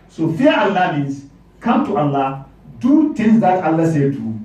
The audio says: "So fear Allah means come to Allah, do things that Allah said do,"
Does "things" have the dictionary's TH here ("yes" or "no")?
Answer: no